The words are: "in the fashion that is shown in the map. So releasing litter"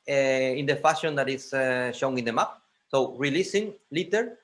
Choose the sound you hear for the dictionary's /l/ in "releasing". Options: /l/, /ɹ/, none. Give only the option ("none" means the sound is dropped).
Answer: /l/